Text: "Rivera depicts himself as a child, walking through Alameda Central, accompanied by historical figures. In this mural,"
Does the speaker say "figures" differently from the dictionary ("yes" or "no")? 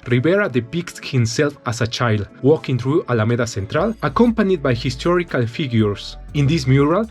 yes